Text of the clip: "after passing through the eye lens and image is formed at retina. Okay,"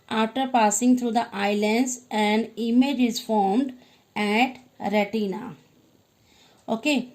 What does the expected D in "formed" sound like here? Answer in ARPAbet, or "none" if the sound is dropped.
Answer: D